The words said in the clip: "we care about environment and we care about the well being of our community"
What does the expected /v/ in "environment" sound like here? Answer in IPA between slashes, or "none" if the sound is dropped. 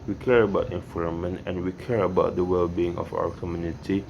/f/